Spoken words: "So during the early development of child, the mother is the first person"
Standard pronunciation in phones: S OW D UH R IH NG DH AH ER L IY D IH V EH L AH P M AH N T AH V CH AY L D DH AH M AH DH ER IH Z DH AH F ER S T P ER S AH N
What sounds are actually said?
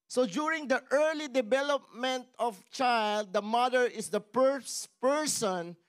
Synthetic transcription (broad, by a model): S OW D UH R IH NG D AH ER L IY D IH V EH L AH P M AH N T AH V CH AY L D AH M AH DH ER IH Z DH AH P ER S P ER S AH N